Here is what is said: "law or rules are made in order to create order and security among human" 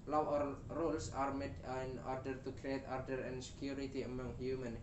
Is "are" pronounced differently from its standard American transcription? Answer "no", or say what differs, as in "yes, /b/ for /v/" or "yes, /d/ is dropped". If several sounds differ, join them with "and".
no